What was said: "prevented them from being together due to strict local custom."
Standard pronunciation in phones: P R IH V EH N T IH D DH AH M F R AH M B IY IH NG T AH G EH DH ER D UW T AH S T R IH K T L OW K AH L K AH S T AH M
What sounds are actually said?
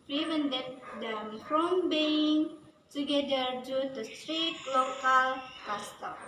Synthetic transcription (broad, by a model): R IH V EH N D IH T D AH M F R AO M B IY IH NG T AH G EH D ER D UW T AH S T R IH T L OW K AH L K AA S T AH